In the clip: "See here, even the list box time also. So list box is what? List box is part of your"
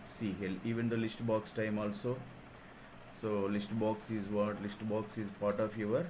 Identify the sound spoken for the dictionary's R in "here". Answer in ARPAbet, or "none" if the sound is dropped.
L